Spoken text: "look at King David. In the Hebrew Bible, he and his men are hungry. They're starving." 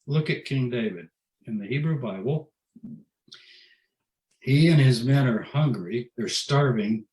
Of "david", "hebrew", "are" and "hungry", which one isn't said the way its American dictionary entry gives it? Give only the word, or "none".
none